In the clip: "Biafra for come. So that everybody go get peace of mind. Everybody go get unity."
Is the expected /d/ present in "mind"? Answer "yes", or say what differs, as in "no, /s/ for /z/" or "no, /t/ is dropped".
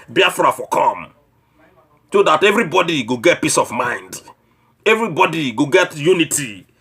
yes